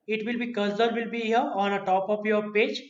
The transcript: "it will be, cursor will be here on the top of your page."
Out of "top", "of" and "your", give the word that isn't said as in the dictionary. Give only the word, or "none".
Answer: of